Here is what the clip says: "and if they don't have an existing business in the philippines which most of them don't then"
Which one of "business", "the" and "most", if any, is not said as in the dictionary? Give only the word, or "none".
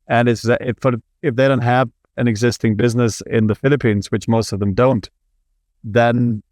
none